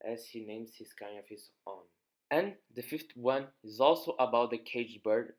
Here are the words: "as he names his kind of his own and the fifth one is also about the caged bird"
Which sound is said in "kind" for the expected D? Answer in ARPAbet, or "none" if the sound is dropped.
none